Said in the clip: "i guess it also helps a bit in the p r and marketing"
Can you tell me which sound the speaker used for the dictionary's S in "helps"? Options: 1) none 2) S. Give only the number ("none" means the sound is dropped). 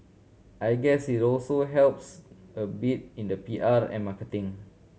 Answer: 2